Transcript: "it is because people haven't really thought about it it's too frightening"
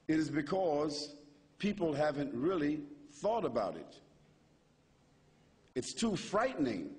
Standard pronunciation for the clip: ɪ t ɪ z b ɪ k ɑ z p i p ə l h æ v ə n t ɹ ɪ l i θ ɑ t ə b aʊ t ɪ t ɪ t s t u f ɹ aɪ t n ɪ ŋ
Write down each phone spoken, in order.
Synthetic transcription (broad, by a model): ɪ t ɪ z b ɪ k ɑ z p i p l h æ v ə n t ɹ ɪ l i θ ɑ t ə b aʊ t ɪ t ɪ t s t u f ɹ aɪ t n ɪ ŋ